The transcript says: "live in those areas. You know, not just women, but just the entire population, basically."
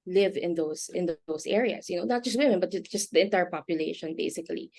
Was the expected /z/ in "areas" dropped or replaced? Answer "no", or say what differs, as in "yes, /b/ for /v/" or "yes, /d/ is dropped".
yes, /s/ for /z/